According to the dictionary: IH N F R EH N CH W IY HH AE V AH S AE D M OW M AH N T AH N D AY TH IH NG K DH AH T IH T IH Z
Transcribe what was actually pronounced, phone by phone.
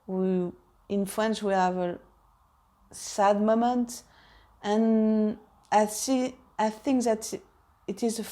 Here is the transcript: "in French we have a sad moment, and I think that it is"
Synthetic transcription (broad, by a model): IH N F R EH N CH W IY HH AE V AH S AE D M OW M AH N T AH N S AY TH IH NG K DH AH T IH T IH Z